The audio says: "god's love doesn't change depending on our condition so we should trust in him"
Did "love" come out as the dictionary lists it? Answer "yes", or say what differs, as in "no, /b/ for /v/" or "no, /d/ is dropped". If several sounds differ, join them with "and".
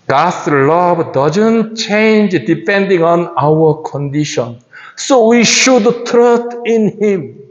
no, /b/ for /v/